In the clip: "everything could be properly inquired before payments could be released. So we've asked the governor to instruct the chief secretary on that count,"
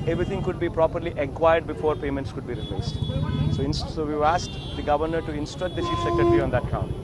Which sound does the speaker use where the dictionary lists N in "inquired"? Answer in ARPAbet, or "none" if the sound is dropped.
none